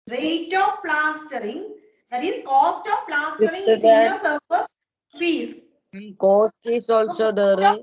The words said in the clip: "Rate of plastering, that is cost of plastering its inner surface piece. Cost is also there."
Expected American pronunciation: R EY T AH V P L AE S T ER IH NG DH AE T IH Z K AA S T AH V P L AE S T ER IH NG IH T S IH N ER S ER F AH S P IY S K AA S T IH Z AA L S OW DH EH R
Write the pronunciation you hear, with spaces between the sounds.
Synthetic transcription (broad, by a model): R EY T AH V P L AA S T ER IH NG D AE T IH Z K AA S T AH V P L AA S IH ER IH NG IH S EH ER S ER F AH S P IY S K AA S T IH S AA L S OW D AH R